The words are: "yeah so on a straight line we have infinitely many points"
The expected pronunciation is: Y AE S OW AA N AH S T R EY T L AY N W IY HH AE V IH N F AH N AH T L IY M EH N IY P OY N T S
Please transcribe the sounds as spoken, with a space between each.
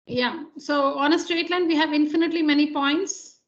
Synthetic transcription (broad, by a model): Y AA S OW AA N AH S T R EY T L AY N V IY HH AE V IH N F AH N AH T L IY M EH N IY P OY N T S